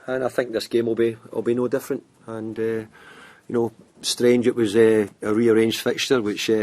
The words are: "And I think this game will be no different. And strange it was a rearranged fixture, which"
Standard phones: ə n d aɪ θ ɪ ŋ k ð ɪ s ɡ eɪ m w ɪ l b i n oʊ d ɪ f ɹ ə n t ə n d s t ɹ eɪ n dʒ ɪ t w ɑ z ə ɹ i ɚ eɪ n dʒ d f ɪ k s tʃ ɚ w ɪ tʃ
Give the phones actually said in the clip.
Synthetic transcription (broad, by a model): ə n aɪ θ ɪ ŋ k ð ɪ s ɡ eɪ m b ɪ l b i n oʊ d ɪ f ɹ ə n t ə n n s t ɹ eɪ n dʒ ɪ t w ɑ z ə ɹ i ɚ eɪ n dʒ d f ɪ k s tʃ ɚ w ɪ tʃ